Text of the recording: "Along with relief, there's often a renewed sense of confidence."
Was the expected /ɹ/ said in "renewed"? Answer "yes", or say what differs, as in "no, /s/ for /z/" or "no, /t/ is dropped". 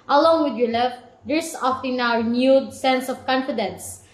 no, /w/ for /ɹ/